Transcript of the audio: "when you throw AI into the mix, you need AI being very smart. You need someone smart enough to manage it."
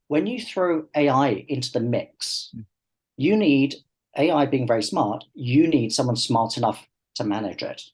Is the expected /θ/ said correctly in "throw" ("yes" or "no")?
yes